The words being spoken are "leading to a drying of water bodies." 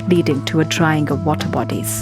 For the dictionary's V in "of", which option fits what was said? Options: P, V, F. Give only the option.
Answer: V